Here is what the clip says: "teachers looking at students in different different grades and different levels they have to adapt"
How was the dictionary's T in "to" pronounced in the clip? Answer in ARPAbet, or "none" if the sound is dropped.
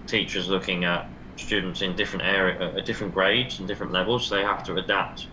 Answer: T